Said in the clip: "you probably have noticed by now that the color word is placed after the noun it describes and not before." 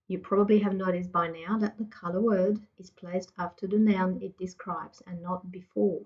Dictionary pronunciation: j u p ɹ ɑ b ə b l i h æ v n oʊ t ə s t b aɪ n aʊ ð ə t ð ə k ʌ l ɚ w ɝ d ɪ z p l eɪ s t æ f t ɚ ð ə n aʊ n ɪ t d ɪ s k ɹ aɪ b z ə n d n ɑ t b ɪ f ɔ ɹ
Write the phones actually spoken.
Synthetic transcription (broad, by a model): j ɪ p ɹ ɑ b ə b l i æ v n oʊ t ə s b aɪ n aʊ ð ə t ð ə k ʌ l ɚ w ɝ d ɪ z p l eɪ s t æ f t ɚ ð ə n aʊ n ɪ t d ɪ s k ɹ aɪ b z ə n n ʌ t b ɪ f ɔ ɹ